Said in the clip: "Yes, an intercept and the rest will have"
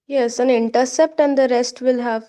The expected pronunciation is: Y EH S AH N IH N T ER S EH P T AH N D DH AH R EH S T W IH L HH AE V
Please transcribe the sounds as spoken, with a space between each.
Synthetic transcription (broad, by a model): Y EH S AH N IH N T ER S EH P T AH N D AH R EH S T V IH L HH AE V